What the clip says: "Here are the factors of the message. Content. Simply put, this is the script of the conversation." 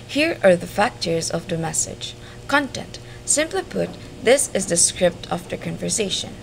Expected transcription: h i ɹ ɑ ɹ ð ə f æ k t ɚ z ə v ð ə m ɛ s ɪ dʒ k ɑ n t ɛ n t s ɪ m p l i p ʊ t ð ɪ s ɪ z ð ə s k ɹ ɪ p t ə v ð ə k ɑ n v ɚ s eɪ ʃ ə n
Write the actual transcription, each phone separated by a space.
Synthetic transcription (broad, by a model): h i ɹ ɑ ɹ ð ə f æ k t ɚ z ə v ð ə m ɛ s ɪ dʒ k ɑ n t ɛ n t s ɪ m p l i p ʊ t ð ɪ s ɪ z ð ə s k ɹ ɪ p t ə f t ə k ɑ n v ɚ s eɪ ʃ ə n